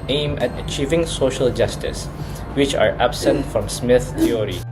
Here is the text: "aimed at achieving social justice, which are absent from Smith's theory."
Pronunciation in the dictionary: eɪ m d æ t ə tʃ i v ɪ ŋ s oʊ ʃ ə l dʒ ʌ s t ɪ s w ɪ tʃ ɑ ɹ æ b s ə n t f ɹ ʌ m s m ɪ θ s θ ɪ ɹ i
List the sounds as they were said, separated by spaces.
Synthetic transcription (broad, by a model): eɪ m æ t ə tʃ i v ɪ ŋ s oʊ ʃ ə l dʒ ʌ s t ɪ s w ɪ tʃ ɑ ɹ æ b s ə n t f ɹ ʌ m s m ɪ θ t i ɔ ɹ i